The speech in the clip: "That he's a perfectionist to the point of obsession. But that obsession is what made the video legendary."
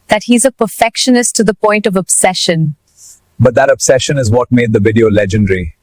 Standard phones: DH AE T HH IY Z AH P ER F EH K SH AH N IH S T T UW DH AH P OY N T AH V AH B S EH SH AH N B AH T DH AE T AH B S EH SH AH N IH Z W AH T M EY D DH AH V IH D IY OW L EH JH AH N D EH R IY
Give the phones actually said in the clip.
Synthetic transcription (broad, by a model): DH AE T HH IY Z AH P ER F EH K SH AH N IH S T T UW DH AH P OY N T AH V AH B S EH SH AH N B AH T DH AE T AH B S EH SH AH N IH Z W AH T M EY D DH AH V IH D IY OW L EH JH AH N D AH R IY